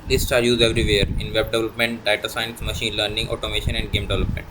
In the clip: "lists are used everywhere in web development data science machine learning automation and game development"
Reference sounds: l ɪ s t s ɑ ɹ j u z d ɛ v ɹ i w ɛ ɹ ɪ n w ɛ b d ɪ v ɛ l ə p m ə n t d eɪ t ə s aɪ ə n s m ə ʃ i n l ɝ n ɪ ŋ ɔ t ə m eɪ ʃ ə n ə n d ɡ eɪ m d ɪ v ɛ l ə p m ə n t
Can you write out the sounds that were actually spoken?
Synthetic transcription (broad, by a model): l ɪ s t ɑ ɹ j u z ɛ v ɹ i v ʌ ɹ ɪ n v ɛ b d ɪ v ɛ l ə p m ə n t d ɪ t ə s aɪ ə n s m ə ʃ i n l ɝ n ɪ ŋ ɔ t ə m eɪ ʃ ə n ə n d ɡ eɪ m d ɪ v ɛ l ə p m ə n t